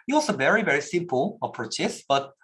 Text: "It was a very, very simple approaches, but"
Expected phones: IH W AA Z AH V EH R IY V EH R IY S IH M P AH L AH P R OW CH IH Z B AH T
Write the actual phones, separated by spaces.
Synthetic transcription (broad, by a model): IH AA S AH V EH R IY V EH R IY S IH M P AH L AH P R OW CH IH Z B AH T